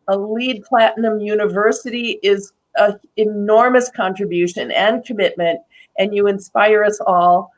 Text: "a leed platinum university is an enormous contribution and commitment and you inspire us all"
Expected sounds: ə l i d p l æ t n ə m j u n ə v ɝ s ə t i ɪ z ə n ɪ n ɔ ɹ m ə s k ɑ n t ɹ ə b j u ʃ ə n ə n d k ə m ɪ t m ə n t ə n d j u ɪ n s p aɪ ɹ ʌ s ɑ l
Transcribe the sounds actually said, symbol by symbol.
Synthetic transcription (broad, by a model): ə l i d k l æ t n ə m j u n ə v ɝ s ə t i ɪ z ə ɪ n ɔ ɹ m ə s k ɑ n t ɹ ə b j u ʃ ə n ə n k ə m ɪ t m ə n t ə n j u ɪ n s p aɪ ɹ ʌ s ɑ l